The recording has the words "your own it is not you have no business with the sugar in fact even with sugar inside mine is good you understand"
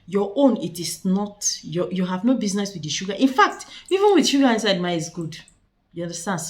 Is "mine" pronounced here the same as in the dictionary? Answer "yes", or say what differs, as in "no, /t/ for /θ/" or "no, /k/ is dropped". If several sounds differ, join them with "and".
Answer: no, /n/ is dropped